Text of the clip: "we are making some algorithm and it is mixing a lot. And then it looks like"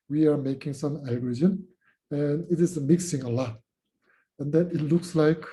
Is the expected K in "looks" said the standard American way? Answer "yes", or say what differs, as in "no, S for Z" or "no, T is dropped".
yes